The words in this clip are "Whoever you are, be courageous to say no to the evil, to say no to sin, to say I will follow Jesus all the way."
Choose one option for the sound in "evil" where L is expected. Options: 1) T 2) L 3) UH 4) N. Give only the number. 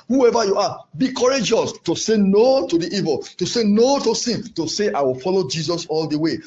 2